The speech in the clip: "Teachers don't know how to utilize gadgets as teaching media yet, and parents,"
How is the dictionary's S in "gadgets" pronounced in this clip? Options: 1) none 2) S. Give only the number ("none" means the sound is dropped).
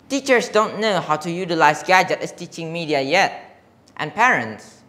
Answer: 1